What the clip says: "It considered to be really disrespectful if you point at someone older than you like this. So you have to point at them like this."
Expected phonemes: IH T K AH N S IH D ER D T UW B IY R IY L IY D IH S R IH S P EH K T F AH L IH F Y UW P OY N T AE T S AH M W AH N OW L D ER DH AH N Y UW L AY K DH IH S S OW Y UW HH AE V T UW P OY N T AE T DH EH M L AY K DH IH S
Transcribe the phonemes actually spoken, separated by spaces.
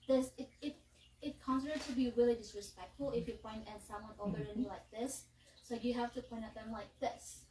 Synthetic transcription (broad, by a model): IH T K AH N S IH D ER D T UW B IY R IY L IY D IH S R IH S P EH K T F AH L IH F Y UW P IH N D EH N S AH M W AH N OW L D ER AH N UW L AY K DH IH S S OW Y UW HH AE F T UW P OY N T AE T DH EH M L AY K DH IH S